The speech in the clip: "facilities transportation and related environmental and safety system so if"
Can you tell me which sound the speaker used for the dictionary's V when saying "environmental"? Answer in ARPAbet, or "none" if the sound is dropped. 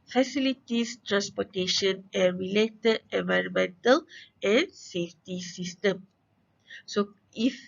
V